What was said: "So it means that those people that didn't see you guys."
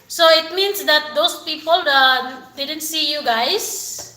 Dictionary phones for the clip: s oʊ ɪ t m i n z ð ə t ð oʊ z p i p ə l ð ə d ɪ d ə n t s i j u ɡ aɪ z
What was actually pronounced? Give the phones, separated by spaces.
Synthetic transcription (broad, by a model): s oʊ ɪ t m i n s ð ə t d oʊ s p i p ə l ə d ɪ d ə n t s i j u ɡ aɪ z